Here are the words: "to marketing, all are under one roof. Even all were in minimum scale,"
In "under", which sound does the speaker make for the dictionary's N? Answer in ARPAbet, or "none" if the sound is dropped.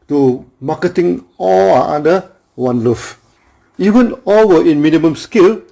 none